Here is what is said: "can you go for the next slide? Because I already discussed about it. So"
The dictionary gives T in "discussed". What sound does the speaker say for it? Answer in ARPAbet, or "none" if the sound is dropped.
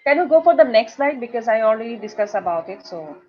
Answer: none